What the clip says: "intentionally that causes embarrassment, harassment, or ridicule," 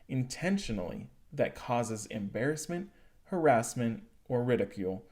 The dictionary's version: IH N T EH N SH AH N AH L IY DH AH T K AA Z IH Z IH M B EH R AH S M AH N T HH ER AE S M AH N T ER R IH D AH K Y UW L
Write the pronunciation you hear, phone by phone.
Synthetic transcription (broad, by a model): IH N T EH N SH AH N L IY DH AH T K AA Z IH Z IH M B EH R AH S M AH N T HH ER AE S M AH N T ER R IH D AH K Y UW L